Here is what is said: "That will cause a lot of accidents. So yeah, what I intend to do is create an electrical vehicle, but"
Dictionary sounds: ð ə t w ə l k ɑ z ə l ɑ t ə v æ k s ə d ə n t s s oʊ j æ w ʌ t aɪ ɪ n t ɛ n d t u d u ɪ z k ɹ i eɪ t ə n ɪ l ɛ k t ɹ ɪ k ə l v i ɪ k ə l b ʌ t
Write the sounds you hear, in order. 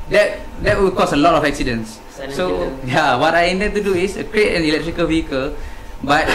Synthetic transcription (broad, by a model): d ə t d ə w k ɑ s ə l ɑ t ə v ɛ k s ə d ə n s s oʊ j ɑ w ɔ t aɪ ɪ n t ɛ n t u d u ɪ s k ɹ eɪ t ə n ɪ l ɛ k t ɹ ɪ k ə l v i ɪ k ə l b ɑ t